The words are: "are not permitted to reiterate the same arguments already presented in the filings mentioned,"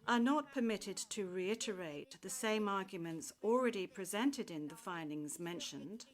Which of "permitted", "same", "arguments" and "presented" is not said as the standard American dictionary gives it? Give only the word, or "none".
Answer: none